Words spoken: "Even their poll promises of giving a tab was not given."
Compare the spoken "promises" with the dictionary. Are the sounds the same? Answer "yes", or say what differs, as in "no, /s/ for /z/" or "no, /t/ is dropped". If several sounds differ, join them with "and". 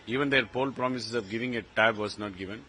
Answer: no, /s/ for /z/